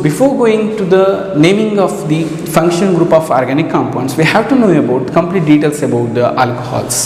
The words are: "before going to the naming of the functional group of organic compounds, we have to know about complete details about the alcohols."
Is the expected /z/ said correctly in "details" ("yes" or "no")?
no